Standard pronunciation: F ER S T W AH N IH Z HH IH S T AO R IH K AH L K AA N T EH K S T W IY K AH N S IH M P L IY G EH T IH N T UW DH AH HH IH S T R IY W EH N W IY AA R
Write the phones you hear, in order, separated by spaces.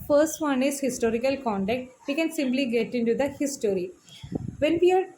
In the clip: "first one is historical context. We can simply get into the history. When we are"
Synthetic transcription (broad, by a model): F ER S T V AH N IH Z HH IH S T AO R IH K AH L K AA N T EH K T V IY K AH N S IH M P L IY G EH T IH N T UW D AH HH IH S T R IY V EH N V IY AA R